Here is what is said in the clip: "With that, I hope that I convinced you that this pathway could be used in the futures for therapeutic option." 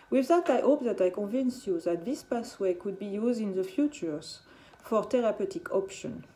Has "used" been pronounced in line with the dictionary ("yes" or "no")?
yes